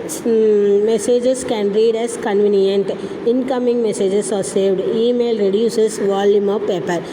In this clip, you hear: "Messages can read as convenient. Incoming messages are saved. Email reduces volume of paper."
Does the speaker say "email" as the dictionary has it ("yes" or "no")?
yes